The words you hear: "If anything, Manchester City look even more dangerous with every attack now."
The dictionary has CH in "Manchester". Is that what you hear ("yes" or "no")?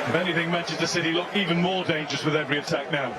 no